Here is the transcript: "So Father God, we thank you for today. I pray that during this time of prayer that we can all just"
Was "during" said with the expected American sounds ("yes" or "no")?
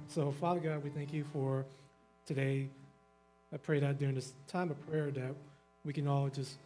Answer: yes